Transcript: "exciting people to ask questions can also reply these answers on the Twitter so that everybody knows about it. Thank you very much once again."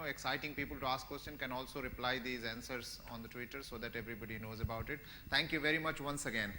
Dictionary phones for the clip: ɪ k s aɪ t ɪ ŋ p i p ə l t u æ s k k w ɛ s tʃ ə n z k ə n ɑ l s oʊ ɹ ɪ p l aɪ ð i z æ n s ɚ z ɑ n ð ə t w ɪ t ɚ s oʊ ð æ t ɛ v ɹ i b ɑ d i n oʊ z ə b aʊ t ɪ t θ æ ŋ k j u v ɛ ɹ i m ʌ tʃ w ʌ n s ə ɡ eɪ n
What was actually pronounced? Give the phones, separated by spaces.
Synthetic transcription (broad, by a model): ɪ k s aɪ t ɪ ŋ p i p ə l t u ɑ s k k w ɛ s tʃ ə n k ə n ɑ l s oʊ ɹ ɪ p l aɪ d i z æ n s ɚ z ɑ n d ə t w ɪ t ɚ s oʊ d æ t ɛ v ɹ i b ɑ d i n oʊ z ə b aʊ t ɪ t t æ ŋ k j u v ɛ ɹ i m ʌ tʃ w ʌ n s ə ɡ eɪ n